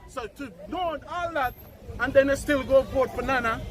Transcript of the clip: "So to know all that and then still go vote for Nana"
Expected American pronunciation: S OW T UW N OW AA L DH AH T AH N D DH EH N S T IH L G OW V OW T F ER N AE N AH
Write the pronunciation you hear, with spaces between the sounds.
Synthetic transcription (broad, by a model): S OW T UW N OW AA L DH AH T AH N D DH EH N S T IH L G OW B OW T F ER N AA N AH